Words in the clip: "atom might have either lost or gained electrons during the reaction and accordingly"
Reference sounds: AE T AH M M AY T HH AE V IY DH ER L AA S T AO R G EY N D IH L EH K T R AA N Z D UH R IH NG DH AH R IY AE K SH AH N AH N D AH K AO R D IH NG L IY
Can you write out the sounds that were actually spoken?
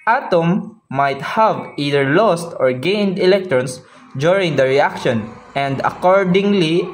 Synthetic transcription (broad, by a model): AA T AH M M AY T HH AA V IY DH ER L AA S T AO R G EY N D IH L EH K T R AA N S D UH R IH NG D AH R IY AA K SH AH N AH N D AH K AO R D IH NG L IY